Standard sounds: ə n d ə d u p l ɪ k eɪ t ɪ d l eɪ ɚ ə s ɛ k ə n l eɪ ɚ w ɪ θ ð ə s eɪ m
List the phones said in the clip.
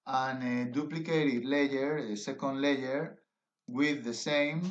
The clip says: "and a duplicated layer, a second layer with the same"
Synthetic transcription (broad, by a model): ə n ə d u p l ɪ k eɪ t ɪ d l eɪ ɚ ə s ɛ k ə n l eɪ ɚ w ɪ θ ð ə s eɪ m